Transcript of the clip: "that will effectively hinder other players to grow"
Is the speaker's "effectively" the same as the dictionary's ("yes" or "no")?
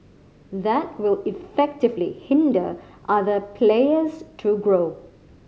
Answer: yes